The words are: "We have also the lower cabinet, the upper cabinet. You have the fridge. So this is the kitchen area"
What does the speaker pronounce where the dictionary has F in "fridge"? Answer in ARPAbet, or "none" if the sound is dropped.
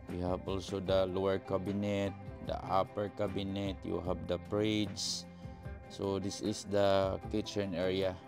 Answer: P